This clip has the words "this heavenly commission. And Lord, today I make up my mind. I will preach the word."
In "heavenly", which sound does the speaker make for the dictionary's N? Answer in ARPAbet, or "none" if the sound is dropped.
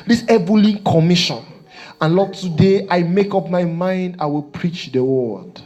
none